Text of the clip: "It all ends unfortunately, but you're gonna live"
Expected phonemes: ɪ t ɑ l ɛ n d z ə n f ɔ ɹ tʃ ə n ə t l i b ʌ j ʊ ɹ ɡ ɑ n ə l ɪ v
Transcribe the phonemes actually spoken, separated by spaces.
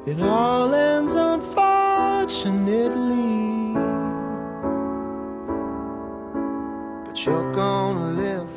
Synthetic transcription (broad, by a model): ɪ t ɑ l ɛ n d z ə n f ɔ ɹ tʃ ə n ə t l i b ʌ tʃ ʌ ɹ ɡ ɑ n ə l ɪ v